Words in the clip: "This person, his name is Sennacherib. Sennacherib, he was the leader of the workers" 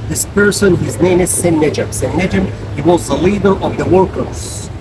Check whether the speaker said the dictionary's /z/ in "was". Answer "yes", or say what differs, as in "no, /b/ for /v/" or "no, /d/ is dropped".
yes